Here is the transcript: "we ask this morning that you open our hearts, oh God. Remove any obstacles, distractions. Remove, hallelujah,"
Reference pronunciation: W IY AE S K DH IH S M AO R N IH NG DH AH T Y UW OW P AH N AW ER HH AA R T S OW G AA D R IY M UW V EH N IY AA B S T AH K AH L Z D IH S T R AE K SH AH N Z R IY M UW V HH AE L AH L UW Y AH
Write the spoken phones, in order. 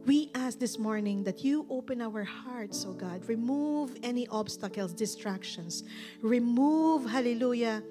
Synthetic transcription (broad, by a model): W IY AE S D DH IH S M AO R N IH NG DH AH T Y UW OW P AH N AW ER HH AA R T S OW G AA D R IY M UW V EH N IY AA B S T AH K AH L S D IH S T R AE K SH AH N S R IY M UW V HH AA L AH L UW Y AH